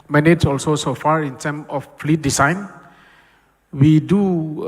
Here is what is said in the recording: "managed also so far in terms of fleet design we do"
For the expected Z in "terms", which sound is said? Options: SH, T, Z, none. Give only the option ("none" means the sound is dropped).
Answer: none